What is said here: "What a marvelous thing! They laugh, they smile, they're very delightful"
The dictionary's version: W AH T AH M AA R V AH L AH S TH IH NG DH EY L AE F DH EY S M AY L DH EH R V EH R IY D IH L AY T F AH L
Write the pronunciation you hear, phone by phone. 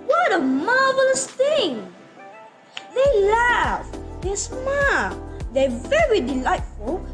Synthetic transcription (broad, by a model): W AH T AH M AA R V AH L AH S TH IH NG DH EY L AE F DH EY S M AY L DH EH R V EH R IY D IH L AY T F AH L